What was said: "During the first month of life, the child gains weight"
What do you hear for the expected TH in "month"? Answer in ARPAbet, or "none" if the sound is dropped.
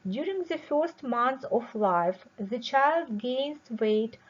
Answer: S